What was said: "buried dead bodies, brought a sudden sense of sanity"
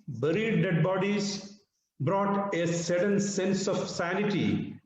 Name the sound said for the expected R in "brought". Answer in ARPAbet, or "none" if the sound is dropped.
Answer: R